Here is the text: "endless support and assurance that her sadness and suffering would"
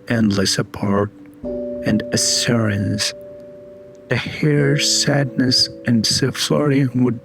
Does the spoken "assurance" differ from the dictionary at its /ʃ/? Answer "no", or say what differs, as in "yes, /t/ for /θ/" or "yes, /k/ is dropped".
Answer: yes, /s/ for /ʃ/